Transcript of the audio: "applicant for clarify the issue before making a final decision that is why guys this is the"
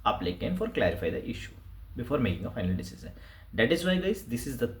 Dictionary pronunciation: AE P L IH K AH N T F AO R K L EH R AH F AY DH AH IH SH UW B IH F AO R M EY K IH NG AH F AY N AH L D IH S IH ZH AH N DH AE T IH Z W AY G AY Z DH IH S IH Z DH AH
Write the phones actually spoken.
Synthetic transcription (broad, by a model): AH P L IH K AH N F AO R K L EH R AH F AY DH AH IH SH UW B IH F AO R M EY K IH NG AH F AY N AH L D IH S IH Z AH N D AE T IH Z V AY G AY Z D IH S IH Z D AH